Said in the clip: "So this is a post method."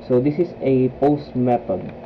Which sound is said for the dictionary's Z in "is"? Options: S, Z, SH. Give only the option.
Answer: S